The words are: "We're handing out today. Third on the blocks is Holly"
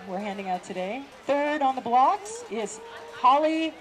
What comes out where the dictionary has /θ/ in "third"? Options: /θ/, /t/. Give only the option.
/θ/